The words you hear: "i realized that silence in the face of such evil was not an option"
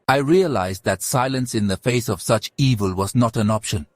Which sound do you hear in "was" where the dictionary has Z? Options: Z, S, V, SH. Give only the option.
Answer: Z